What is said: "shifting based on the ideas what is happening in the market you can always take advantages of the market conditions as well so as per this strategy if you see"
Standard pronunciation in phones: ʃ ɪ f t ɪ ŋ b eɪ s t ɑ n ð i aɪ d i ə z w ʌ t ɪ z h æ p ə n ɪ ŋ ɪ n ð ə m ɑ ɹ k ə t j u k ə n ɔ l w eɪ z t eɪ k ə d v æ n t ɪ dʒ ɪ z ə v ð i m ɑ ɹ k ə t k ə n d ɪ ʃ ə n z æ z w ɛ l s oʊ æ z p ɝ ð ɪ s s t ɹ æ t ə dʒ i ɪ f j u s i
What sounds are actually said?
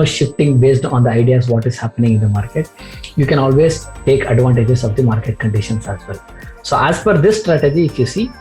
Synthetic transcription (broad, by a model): ʃ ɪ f t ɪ ŋ b eɪ s t ɑ n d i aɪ d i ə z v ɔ t ɪ z h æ p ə n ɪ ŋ ɪ n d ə m ɑ ɹ k ə t j u k ə n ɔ l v eɪ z t eɪ k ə d v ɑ n t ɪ dʒ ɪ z ə v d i m ɑ ɹ k ə t k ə n d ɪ ʃ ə n s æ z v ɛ l s oʊ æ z f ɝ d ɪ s s t ɹ æ t ə dʒ i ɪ f j u s i